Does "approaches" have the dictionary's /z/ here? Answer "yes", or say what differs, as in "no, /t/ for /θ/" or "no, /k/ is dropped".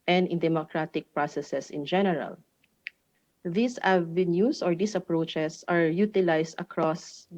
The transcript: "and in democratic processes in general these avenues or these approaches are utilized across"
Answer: no, /s/ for /z/